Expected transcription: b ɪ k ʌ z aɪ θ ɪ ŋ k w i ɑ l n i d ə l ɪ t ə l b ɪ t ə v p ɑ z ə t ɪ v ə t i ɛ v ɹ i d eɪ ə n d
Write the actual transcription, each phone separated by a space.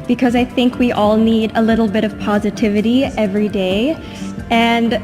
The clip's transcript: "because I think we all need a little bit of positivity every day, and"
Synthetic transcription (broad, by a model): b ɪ k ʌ z aɪ θ ɪ ŋ k w i ɑ l n i d ə l ɪ t l b ɪ t ə v p ɑ z ə t ɪ v ə t i ɛ v ɹ i d eɪ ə n